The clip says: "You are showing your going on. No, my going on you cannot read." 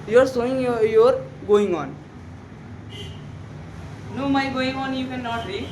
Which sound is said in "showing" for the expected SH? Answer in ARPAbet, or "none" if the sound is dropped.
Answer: S